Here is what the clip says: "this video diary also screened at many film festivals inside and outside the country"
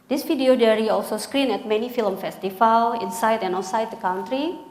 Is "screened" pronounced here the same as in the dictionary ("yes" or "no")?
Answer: no